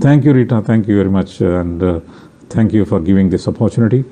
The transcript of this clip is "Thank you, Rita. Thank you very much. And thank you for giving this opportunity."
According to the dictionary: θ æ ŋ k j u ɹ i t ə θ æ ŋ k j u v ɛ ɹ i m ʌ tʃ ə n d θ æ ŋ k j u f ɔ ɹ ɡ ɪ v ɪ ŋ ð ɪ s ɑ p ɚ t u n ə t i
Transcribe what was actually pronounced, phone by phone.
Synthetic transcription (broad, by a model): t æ ŋ k j u ɹ i t ə t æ ŋ k j u v ɛ ɹ i m ʌ tʃ ə n d t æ ŋ k j u f ɔ ɹ ɡ ɪ v ɪ ŋ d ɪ s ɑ p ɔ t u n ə t i